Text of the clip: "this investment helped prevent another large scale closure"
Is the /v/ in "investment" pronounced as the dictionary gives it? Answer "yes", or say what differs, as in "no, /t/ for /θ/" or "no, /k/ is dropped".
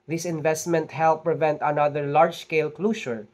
yes